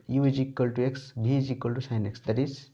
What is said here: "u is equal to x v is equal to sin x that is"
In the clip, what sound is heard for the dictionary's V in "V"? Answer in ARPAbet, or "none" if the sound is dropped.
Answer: B